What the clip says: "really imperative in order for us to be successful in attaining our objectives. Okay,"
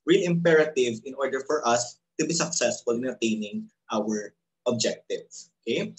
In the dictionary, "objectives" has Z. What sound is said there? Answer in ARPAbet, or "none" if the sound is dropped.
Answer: S